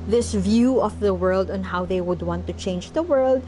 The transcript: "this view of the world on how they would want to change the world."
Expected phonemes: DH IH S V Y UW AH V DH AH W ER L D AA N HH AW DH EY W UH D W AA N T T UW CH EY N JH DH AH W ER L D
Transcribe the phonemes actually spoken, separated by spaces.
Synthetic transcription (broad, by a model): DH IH S V Y UW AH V DH AH W ER L D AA N HH AW DH EY W UH D W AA N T T UW CH EY N JH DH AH W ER L D